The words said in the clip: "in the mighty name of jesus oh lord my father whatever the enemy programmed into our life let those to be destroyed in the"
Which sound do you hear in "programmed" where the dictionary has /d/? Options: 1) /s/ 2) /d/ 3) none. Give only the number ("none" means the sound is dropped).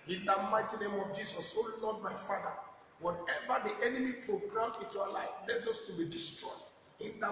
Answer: 3